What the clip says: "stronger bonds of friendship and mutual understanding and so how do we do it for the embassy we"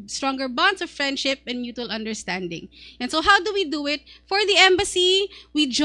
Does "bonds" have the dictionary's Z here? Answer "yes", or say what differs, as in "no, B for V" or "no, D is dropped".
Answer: no, S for Z